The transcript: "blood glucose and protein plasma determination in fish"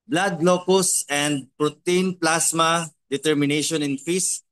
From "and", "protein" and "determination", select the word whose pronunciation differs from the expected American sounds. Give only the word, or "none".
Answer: none